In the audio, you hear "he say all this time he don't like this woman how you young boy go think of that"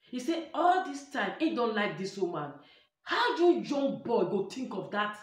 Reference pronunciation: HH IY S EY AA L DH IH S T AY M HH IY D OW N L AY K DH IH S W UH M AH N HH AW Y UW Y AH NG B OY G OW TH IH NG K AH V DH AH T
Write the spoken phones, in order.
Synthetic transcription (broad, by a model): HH IY S EY AA L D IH S T AY M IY D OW N L AY K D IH S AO M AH N HH AW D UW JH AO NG B OY G OW T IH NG K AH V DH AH T